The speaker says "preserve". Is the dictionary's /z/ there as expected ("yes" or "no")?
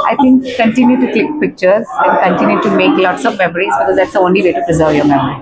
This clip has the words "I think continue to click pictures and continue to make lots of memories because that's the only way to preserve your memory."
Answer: yes